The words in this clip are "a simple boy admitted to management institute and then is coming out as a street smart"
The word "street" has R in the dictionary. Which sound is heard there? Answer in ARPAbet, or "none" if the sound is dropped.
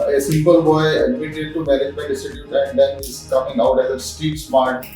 none